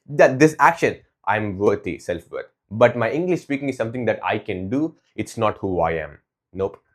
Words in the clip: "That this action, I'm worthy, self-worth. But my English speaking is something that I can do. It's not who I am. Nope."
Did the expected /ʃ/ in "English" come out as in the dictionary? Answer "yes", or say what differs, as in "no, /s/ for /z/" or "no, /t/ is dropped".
yes